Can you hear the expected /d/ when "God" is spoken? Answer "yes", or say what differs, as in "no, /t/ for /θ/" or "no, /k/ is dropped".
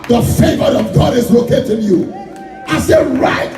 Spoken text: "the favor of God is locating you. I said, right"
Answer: yes